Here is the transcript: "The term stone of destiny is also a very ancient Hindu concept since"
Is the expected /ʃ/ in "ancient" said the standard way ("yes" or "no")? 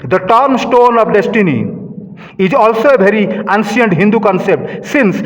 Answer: no